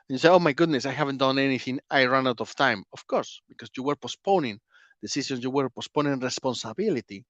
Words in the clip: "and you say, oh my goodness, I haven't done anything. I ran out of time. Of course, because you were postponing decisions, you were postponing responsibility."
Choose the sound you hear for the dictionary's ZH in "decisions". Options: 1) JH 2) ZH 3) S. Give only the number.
3